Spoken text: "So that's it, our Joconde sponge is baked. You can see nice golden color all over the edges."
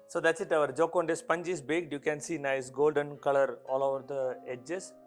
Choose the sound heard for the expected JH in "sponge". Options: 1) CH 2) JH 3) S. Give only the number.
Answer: 2